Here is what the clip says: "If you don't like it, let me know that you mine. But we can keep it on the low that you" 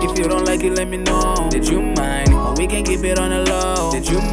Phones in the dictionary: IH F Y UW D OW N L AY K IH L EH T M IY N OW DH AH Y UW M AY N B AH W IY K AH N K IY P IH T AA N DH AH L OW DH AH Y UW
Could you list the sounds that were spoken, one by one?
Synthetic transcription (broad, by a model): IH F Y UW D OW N L AY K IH L EH T M IY N OW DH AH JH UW M AY N W IY K AH N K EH B IH T AA N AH L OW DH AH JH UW